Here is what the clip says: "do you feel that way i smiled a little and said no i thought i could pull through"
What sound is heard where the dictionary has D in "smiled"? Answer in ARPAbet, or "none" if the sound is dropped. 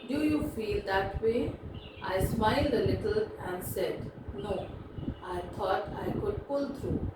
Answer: D